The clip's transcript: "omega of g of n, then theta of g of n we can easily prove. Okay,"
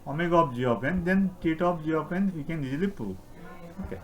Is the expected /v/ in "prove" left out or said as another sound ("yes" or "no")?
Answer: yes